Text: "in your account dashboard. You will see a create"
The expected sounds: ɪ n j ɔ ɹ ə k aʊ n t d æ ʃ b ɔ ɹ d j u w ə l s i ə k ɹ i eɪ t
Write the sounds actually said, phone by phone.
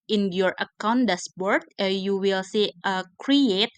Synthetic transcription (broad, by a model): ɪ n j ɔ ɹ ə k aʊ n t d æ s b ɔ ɹ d j u w ə l s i ə k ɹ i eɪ t